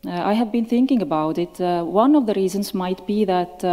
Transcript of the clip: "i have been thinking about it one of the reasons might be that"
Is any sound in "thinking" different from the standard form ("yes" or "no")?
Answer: no